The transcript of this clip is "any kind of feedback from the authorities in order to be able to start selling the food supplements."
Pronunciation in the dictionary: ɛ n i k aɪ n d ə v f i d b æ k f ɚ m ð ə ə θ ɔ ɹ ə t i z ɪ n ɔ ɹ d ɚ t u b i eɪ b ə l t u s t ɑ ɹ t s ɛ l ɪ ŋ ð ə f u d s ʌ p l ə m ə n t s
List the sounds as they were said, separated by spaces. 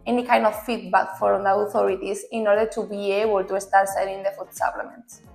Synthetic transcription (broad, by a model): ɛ n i k aɪ n d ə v f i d b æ k f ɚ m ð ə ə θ ɔ ɹ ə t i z ɪ n ɔ ɹ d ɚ t u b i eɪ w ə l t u s t ɑ ɹ t s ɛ n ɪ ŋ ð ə f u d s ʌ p l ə m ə n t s